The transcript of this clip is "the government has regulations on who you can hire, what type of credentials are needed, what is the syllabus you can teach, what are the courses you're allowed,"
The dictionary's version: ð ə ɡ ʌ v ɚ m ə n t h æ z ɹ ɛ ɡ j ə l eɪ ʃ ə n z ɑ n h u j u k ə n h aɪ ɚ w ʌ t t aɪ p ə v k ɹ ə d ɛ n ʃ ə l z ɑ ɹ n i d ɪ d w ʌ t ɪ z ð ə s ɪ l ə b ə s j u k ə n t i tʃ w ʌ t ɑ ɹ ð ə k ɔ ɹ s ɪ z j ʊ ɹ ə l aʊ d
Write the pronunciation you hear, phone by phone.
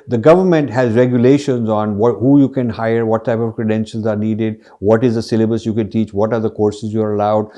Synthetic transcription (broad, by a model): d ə ɡ ʌ v ɚ m ə n t h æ z ɹ ɛ ɡ j ə l eɪ ʃ ə n z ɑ n h u j u k ə n h aɪ ɚ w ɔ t t aɪ p ə v k ɹ ə d ɛ n ʃ ə l z ɑ ɹ n i d ɪ d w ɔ t ɪ z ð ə s ɪ l ə b ə s j u k ə n t i tʃ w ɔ t ɑ ɹ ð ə k ɔ ɹ s ɪ z j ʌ ɹ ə l aʊ d